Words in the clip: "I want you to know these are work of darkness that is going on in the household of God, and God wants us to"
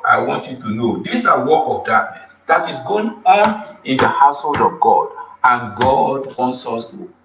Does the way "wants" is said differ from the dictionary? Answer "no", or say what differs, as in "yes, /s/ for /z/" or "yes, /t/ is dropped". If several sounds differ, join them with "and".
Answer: no